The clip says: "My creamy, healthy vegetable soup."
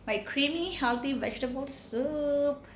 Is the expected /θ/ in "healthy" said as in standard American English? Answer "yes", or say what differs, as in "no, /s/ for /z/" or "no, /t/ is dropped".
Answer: no, /t/ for /θ/